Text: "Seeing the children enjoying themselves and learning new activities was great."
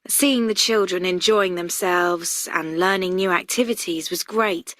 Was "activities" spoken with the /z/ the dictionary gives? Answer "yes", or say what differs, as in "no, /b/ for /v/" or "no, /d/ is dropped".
yes